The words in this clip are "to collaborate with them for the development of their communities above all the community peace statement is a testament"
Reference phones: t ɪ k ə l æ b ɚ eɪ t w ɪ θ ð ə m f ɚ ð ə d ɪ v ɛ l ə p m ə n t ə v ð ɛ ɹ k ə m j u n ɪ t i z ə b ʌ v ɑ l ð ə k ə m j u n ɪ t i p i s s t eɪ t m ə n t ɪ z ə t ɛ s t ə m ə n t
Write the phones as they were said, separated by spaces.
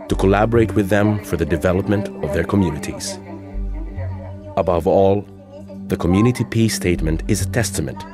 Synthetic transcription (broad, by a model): t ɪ k ə l æ b ɚ eɪ t w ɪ ð ə m f ɚ ð ə d ɪ v ɛ l ə p m ə n t ə v ð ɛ ɹ k ə m j u n ɪ t i z ə b ʌ v ɑ l ð ə k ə m j u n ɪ t i p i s s t eɪ t m ə n t ɪ z ə t ɛ s t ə m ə n t